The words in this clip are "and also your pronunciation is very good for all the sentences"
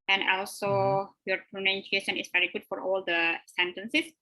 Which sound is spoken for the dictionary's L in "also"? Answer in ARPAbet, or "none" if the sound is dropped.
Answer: L